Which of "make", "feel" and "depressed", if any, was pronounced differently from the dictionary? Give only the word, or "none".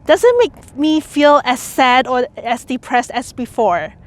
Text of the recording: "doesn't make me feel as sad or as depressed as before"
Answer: none